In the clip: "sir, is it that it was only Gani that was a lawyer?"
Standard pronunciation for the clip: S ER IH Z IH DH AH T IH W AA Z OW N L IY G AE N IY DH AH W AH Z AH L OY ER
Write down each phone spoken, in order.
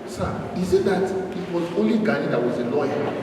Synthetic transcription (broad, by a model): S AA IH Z IH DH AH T IH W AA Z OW L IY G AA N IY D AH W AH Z AH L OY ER